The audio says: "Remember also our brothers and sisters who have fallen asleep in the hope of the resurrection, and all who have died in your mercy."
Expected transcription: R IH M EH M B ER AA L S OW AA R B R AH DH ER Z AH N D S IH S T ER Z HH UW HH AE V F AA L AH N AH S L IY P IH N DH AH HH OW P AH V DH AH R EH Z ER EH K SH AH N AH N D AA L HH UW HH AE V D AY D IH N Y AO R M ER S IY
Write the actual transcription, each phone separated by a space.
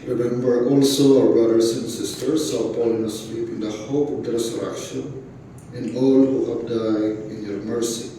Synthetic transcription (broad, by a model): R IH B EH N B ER AA L S OW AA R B R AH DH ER S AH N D S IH S T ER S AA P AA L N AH S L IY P IH N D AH HH OW P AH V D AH R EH S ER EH K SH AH N AH N D AA L HH UW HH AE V D AY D IH N Y AO R M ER S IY